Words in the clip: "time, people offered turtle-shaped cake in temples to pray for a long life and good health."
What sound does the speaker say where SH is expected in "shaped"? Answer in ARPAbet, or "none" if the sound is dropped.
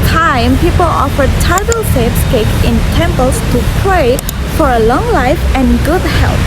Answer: S